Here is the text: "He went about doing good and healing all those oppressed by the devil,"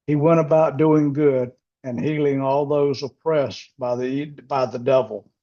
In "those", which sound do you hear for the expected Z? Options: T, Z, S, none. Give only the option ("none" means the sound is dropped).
Z